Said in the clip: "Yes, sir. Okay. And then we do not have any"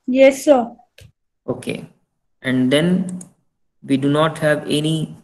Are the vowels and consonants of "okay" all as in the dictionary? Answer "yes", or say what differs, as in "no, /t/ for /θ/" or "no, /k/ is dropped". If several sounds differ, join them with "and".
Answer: yes